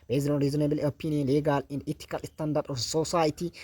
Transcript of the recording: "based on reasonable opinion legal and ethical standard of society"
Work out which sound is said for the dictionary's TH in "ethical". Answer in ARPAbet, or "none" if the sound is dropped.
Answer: T